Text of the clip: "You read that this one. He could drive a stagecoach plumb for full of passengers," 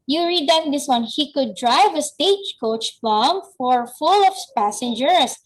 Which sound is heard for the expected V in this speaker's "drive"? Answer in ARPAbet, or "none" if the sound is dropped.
V